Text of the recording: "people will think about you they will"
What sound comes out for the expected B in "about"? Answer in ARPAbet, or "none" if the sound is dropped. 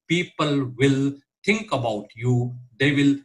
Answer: B